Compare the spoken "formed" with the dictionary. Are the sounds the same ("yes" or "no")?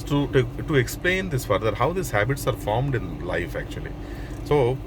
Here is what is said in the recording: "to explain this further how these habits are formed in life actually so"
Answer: yes